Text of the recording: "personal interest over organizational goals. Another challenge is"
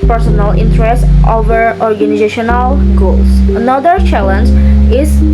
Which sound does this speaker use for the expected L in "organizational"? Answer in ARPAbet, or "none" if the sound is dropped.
L